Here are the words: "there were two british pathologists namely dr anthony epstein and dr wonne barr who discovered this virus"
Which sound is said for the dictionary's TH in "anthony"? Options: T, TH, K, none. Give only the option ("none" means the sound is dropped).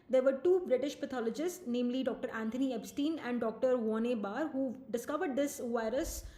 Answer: T